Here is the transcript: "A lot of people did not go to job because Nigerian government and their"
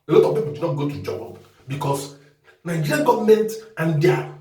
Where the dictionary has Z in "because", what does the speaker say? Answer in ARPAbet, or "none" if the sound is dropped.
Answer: S